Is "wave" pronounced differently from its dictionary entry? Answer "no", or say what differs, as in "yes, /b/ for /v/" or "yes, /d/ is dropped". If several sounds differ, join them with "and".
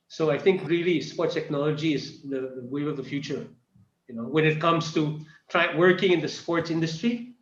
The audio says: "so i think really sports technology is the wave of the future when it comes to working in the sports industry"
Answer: yes, /v/ is dropped